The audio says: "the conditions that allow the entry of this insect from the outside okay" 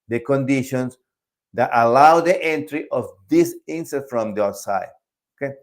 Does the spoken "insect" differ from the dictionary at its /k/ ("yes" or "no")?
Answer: yes